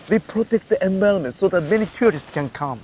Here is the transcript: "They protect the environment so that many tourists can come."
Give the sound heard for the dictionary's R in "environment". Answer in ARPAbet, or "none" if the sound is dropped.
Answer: L